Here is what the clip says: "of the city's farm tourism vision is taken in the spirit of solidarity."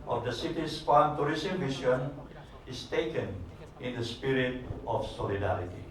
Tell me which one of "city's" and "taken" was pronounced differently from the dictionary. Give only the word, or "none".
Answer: city's